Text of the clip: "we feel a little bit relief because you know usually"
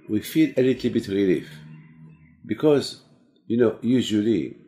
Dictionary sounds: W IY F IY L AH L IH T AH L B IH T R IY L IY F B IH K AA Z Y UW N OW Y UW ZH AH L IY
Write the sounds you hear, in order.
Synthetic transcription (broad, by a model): W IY F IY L AH L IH T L B IH T R IY L IY F B IH K AA Z Y UW N OW Y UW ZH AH L IY